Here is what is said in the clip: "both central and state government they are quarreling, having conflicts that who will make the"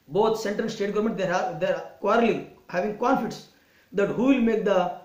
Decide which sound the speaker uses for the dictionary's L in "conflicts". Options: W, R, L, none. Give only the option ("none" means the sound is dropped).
none